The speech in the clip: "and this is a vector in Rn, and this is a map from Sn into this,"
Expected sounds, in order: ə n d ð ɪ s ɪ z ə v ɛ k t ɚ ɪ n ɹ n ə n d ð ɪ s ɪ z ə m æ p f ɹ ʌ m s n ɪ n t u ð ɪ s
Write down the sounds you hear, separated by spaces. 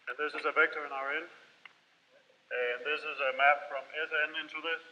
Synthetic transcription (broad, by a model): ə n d ð ɪ s ɪ z ə v ɛ k t ɚ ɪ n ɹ n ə n ð ɪ s ɪ z ə m æ p f ɹ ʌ m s n ɪ n t u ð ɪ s